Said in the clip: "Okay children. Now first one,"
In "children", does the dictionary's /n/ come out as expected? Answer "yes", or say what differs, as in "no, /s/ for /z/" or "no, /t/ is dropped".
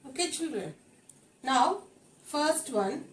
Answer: yes